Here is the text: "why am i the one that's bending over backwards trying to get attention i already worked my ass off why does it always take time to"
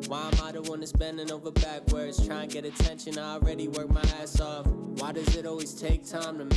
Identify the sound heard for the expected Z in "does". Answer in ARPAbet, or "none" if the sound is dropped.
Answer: Z